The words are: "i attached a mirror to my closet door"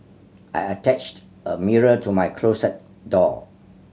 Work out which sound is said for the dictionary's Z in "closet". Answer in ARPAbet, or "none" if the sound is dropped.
S